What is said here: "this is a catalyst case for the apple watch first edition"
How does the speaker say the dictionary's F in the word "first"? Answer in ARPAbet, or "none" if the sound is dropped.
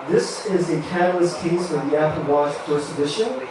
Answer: P